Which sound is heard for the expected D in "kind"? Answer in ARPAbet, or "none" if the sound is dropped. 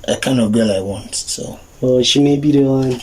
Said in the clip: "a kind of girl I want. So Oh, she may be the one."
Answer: none